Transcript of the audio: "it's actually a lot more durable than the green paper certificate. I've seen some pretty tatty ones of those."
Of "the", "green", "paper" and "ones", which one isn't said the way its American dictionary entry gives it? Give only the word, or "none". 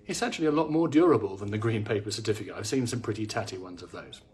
none